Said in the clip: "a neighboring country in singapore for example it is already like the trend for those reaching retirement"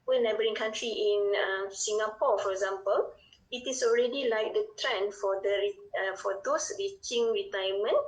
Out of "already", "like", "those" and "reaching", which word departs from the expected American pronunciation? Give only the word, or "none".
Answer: those